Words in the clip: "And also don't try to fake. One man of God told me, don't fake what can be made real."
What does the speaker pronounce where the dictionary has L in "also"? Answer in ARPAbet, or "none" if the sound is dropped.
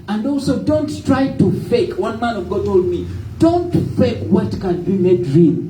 L